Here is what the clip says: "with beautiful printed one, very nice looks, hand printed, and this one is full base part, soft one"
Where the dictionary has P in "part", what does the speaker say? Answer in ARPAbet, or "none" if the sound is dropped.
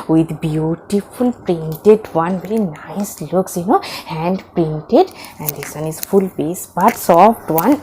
B